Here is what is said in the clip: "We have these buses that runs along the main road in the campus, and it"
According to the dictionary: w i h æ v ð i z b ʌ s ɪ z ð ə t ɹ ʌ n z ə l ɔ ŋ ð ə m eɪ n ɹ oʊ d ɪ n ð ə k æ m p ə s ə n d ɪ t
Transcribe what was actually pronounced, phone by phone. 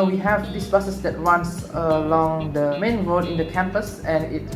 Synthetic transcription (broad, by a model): w i h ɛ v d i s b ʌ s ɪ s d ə t ɹ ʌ n s ə l ɔ ŋ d ə m eɪ n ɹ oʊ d ɪ n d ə k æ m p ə s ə n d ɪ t